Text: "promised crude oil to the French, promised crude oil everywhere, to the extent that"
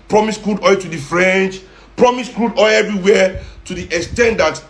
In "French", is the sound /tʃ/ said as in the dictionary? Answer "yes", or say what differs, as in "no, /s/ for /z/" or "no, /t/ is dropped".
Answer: yes